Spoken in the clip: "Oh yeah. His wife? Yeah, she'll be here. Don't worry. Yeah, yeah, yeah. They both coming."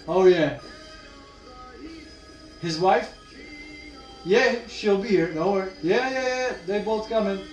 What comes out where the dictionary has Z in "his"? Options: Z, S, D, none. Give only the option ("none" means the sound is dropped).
Z